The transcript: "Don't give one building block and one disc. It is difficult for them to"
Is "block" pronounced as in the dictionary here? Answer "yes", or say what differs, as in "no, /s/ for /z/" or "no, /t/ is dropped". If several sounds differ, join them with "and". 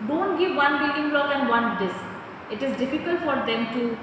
no, /k/ is dropped